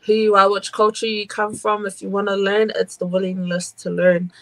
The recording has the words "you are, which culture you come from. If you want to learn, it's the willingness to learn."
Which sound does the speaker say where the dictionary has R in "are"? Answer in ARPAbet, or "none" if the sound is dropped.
L